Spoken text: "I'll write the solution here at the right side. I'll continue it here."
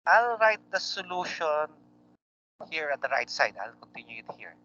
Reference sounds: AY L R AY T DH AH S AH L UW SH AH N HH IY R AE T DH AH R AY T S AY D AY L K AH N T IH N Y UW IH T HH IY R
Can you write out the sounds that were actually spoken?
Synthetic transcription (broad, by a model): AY L R AY T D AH S AH L UW SH AH N HH IY R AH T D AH R AY T S AY D AY L K AH N T IH N Y UW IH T HH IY R